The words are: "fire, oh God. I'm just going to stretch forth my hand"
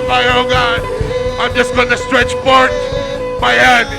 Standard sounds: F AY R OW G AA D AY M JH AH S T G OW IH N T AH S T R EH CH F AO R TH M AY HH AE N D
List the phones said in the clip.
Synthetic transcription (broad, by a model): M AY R OW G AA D AY M JH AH S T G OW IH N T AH S T R EH CH P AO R T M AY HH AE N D